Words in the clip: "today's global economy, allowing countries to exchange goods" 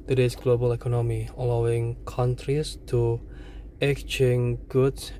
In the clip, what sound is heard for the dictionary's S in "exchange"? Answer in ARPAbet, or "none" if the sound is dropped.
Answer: none